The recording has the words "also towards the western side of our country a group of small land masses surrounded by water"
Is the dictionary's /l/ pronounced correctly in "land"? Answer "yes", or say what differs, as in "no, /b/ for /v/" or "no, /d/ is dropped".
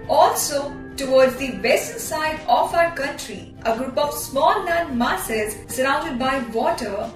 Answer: no, /n/ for /l/